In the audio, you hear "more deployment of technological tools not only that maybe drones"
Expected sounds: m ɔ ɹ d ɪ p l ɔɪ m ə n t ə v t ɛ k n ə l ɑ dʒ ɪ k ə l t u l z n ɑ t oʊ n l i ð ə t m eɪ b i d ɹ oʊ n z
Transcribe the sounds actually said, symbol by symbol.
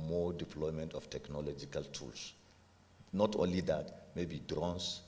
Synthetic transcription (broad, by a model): m ɔ d ɪ p l ɔɪ m ə n t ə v t ɛ k n ə l ɑ dʒ ɪ k ə l t u l s n ɑ t oʊ n l i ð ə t m eɪ b i d ɹ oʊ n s